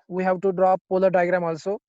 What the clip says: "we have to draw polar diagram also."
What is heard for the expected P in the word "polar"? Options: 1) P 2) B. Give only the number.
1